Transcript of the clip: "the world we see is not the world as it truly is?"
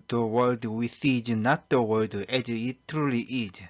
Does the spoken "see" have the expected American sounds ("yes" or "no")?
no